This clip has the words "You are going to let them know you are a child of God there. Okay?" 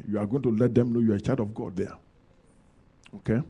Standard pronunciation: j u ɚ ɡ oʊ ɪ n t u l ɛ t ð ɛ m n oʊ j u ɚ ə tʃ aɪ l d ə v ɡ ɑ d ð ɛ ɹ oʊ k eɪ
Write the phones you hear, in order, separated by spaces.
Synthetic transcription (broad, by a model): j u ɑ ɡ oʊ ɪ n t u l ɛ t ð ɛ m n oʊ j u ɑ ə tʃ aɪ d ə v ɡ ɑ d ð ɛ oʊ k eɪ